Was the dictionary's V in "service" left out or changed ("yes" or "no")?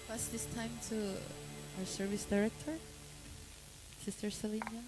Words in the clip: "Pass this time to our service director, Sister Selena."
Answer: no